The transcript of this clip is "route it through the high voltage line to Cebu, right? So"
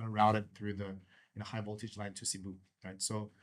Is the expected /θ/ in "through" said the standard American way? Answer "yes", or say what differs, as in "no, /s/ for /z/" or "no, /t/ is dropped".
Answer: yes